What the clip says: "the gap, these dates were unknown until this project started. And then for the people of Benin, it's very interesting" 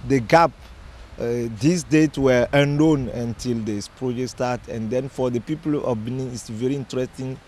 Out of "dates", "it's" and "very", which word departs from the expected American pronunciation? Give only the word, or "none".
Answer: dates